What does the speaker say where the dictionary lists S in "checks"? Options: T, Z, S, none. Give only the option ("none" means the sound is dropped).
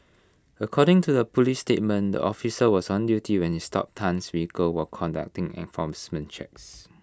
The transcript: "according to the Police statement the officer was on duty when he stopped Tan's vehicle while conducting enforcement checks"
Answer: S